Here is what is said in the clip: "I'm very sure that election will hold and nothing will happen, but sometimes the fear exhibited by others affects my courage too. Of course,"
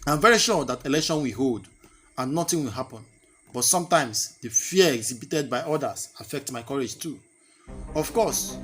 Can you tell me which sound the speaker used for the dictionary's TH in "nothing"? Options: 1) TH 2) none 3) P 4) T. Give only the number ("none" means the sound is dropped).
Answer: 4